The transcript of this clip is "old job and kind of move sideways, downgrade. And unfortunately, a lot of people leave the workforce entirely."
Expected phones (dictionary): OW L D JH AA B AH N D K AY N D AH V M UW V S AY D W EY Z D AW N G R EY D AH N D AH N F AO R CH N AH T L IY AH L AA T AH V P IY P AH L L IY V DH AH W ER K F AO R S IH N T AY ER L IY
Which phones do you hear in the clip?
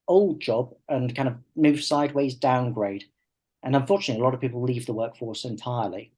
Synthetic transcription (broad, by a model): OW L D JH AA B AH N K AY N D AH V M UW V S AY D W EY Z D AW N G R EY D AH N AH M F AO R CH N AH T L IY AH L AA T AH V P IY P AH L L IY V DH AH W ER K F AO R S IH N T AY ER L IY